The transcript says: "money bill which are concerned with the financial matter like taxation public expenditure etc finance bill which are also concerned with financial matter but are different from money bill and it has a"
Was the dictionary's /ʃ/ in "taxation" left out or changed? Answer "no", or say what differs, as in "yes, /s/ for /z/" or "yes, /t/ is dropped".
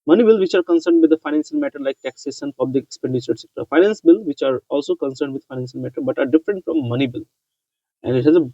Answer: yes, /s/ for /ʃ/